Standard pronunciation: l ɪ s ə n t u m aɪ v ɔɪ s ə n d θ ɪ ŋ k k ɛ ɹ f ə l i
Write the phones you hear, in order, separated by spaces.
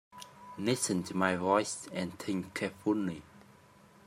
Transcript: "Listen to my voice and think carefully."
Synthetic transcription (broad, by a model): n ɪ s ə n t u m aɪ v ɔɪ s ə n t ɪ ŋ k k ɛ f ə n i